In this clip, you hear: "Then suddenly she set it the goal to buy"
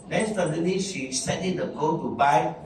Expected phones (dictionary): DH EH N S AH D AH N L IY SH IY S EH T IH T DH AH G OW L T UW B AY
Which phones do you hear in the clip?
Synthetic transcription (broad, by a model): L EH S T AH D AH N IY SH IY S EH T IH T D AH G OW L T UW B AY